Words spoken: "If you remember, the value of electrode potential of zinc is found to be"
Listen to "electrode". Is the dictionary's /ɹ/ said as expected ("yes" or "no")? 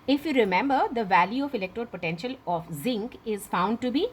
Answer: yes